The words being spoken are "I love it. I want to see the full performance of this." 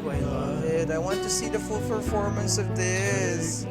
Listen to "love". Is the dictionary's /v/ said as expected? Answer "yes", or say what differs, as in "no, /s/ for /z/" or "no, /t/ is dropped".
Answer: no, /v/ is dropped